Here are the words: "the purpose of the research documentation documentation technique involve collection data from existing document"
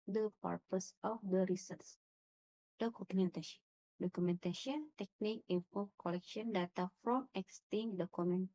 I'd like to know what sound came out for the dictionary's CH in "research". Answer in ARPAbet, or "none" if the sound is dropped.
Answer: S